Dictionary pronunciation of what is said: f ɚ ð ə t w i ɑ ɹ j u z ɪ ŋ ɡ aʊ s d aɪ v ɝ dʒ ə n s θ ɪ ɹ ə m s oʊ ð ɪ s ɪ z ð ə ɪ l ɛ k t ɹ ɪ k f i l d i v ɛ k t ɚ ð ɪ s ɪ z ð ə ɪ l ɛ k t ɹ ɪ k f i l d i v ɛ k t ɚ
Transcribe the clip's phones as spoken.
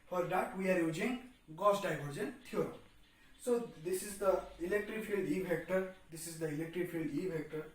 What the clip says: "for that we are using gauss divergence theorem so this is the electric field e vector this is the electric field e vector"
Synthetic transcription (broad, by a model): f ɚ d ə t w i ɑ ɹ j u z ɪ ŋ ɡ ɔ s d aɪ b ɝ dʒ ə n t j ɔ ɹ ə s oʊ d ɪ s ɪ z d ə ɪ l ɛ k t ɹ ɪ k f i l d i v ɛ k t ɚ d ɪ s ɪ z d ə ɪ l ɛ k t ɹ ɪ k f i l d i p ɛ k t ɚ